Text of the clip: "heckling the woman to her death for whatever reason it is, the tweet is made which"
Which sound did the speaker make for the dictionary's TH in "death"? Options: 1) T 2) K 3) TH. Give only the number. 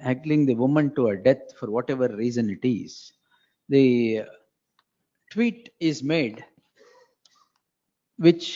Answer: 1